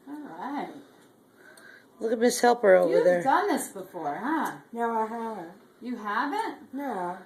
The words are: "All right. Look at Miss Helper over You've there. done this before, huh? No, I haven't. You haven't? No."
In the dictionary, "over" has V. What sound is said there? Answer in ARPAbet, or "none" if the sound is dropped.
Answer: none